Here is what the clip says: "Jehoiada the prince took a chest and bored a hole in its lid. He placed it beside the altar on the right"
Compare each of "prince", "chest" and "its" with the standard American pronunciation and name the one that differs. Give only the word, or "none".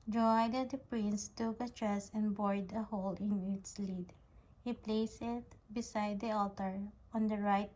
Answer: chest